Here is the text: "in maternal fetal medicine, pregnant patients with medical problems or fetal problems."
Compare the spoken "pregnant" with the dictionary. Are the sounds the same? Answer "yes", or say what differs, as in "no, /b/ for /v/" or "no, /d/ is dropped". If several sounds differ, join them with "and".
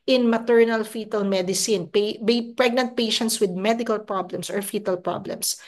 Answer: yes